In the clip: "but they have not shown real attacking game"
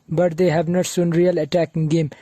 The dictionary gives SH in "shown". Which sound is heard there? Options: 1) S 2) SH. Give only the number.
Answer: 1